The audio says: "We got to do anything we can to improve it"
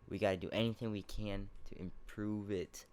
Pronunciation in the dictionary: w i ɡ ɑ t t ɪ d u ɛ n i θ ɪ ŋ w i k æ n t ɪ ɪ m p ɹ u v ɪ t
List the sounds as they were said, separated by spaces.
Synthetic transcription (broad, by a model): w i ɡ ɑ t t ɪ d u ɛ n i θ ɪ ŋ w i k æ n t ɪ ɪ m p ɹ u v ɪ t